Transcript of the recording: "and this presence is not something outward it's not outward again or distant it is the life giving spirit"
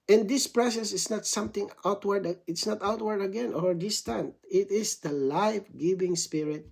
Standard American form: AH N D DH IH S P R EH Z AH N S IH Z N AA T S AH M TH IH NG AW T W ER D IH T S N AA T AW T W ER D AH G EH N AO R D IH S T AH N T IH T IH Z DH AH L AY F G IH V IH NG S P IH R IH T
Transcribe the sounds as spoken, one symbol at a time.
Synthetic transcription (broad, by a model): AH N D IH S P R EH S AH S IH S N AA T S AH M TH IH NG AW T W ER D IH T S N AA T AW T W ER D AH G EH N AO R D IH S T AH N T IH T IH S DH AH L AY F G IH V IH NG S P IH R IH T